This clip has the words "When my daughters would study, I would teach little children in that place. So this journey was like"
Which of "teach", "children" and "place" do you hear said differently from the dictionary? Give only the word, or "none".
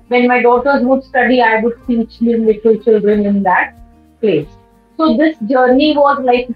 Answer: teach